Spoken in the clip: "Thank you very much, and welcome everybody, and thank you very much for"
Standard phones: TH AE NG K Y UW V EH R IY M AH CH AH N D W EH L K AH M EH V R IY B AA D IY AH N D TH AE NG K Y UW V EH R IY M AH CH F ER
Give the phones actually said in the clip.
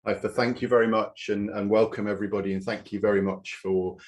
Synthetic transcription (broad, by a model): TH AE NG K Y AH V EH R IY M AH CH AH N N W EH L K AH M EH V R IY B AA D IY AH N TH AE NG K Y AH V EH R IY M AH CH F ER